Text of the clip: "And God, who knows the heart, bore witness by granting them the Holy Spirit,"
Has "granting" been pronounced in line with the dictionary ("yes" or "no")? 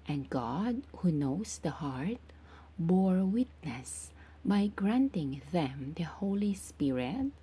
yes